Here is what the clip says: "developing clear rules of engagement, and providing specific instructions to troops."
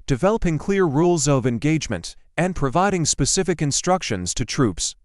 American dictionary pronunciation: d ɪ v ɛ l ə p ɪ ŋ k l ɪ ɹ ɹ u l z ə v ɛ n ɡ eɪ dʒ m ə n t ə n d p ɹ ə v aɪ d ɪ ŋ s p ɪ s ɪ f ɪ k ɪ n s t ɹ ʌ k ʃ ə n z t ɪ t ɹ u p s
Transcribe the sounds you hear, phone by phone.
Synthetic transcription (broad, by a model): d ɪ v ɛ l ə p ɪ ŋ k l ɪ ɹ ɹ u l z ə v ɛ n ɡ eɪ dʒ m ə n t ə n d p ɹ ə v aɪ d ɪ ŋ s p ɪ s ɪ f ɪ k ɪ n s t ɹ ʌ k ʃ ə n z t ɪ t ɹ u p s